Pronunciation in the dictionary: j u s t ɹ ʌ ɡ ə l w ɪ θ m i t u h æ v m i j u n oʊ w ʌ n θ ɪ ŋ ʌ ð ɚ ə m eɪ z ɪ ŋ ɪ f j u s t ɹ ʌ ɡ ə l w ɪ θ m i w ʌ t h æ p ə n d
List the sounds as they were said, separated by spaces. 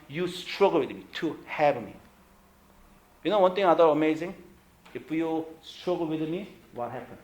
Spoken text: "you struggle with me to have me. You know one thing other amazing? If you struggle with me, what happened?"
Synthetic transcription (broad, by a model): j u s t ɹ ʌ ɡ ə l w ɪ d m i t u h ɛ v m i j u n oʊ w ʌ n t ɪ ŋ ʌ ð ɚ ə m eɪ z ɪ ŋ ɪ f j u s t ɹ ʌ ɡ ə l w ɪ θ m i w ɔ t h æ p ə n